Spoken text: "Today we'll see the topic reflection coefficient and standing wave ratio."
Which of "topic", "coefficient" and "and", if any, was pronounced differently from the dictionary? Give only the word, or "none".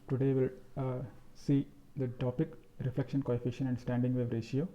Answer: coefficient